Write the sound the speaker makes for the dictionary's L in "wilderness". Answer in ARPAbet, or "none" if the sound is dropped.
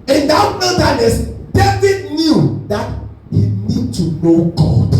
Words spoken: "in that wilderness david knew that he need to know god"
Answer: none